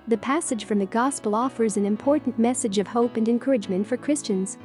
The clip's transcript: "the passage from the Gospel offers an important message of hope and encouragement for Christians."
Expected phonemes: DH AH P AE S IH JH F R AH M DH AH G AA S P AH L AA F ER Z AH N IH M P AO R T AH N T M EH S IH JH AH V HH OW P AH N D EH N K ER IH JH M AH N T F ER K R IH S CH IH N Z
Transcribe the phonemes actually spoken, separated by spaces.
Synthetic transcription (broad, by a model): DH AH P AE S IH JH F R AH M DH AH G AA S P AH L AA F ER Z AH N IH M P AO R T N M EH S IH JH AH V HH OW P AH N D EH N K ER IH JH M AH N T F ER K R IH S CH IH N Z